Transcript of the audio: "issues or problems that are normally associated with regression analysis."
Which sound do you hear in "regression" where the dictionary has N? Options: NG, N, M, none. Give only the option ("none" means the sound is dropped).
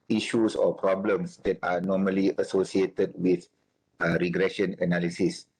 N